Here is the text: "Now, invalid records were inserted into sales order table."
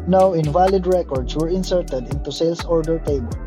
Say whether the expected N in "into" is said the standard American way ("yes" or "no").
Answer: yes